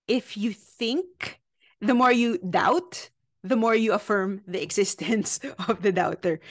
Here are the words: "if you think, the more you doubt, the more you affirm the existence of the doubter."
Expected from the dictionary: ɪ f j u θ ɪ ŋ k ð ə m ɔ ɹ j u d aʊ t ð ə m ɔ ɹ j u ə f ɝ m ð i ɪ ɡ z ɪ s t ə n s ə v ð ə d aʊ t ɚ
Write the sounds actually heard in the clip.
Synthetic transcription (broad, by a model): ɪ f j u θ ɪ ŋ k ð ə m ɔ ɹ j u d aʊ t ð ə m ɔ ɹ j u ə f ɝ m ð i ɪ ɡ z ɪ s t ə n s ə v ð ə d aʊ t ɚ